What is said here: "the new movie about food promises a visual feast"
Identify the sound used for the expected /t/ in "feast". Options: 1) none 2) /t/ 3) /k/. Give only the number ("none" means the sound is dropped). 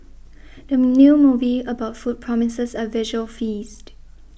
2